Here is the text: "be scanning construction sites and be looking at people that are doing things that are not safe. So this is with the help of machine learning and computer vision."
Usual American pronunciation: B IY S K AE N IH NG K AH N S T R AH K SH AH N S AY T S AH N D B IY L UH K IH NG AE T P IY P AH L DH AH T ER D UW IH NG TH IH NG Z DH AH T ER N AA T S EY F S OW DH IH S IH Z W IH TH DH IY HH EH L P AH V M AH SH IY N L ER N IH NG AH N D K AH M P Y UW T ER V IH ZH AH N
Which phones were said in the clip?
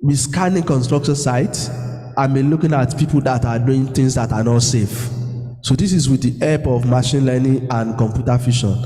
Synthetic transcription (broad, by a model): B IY S K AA N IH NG K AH N S T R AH K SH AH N S AY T AH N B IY L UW K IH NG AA T P IY P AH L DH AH T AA D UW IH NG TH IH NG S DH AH T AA N AA T S EY F S OW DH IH S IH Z W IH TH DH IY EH P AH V M AH SH IY N L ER N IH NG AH N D K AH M P Y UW T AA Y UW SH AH N